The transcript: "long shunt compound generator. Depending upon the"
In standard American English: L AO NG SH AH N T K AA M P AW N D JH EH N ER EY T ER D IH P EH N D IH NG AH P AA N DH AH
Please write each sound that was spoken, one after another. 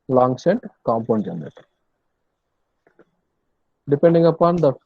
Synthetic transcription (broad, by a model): L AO NG S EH N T K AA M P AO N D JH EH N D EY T D IH P EH N D IH NG AH P AA N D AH